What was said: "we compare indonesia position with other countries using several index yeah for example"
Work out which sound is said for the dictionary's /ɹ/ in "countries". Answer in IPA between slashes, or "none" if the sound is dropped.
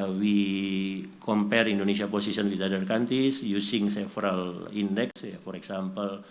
none